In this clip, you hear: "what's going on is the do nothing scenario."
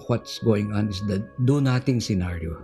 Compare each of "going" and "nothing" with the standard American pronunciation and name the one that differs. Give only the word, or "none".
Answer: nothing